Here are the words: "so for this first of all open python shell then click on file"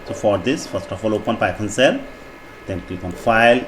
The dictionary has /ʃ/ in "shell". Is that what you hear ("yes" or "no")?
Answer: no